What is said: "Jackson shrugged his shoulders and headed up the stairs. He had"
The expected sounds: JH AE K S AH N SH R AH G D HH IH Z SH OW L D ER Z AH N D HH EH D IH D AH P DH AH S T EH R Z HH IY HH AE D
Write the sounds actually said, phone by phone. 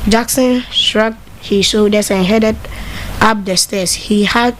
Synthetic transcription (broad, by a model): JH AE K S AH N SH R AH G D HH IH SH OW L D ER S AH N HH EH D IH D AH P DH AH S T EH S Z HH IY HH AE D